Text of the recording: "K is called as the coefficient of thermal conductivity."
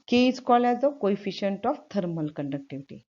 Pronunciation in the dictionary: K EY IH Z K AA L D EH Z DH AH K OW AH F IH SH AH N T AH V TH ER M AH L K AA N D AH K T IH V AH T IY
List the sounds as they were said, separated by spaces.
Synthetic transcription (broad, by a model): K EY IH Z K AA L EH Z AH K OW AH F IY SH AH N T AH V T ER M AH L K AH N D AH K T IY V T IY